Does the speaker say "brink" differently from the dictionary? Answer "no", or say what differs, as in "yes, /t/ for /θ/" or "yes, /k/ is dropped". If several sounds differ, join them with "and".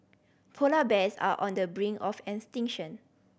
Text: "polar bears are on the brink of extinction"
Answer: yes, /k/ is dropped